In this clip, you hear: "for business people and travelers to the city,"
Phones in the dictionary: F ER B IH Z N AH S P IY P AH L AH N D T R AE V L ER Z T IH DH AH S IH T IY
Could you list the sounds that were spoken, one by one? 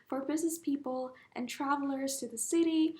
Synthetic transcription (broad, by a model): F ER B IH Z N AH S P IY P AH L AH N T R AE V L ER Z T IH DH AH S IH T IY